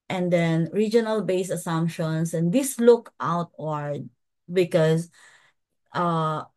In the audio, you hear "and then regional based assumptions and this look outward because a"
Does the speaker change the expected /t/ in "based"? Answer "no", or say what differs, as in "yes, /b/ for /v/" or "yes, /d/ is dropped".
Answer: yes, /t/ is dropped